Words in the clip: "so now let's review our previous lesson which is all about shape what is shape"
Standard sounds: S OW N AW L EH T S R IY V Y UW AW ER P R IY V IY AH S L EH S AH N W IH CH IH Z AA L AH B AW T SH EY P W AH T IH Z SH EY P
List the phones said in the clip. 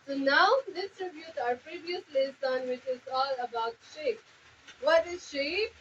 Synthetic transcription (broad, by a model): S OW N AW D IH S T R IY B Y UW AW ER P R IY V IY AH S L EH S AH N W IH CH IH Z AA L AH B AW T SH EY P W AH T IH Z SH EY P